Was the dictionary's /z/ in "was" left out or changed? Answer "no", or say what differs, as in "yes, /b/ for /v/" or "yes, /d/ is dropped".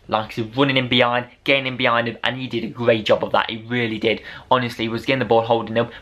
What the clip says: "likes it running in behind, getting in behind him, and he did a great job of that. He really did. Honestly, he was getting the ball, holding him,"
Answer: no